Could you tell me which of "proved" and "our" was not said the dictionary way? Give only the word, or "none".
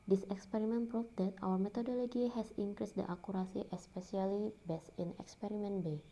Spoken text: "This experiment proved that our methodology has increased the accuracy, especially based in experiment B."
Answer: proved